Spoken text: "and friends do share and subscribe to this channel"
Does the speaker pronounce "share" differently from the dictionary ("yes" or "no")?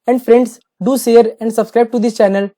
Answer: yes